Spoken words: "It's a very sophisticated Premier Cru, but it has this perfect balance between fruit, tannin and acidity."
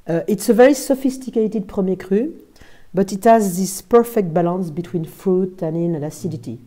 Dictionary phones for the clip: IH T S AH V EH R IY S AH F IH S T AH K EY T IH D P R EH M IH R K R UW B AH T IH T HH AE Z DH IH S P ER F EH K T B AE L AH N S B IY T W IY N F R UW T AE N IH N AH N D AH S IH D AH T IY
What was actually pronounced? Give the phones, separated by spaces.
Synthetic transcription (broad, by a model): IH T S AH V EH R IY S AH F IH S T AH K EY T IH D P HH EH M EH K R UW B AH T IH T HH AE Z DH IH S P ER F EH K T B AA L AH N S B IY T W IY N F UW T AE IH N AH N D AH S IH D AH T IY